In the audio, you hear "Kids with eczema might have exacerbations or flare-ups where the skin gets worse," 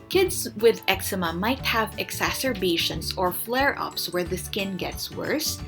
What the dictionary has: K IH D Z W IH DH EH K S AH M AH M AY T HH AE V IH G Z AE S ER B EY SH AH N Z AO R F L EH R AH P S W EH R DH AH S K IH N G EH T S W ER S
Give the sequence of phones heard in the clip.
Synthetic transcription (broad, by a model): K IH D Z W IH DH EH K S AH M AH M AY T HH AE V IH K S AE S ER B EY SH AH N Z AO R F L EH R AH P S W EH R DH AH S K IH N G EH T S W ER S